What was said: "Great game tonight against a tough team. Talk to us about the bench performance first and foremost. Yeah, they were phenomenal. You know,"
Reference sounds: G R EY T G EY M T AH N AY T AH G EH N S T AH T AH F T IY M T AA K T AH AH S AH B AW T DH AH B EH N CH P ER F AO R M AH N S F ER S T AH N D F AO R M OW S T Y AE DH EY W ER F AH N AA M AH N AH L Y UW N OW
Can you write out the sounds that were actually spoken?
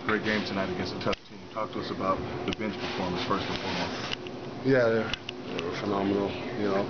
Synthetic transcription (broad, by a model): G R EY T G EY M T AH N AY T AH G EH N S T AH T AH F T IY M T AA K T AH AH S AH B AW T DH AH B EH N CH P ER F AO R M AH S F ER S T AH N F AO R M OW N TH Y AE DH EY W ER F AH N AA M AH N L Y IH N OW